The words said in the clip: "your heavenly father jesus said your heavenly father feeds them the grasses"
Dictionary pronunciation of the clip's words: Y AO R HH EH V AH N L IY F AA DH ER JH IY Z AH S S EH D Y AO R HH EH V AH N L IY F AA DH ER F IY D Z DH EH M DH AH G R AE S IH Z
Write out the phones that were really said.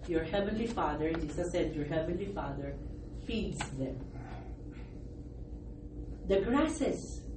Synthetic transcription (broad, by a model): Y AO R HH EH V AH N L IY F AA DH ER JH IY S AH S S EH D Y AO R HH EH V AH N L IY F AA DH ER F IY D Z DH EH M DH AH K R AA S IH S